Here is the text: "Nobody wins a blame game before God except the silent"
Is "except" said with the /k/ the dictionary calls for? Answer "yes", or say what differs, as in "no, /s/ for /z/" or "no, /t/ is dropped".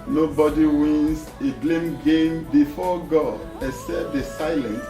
no, /k/ is dropped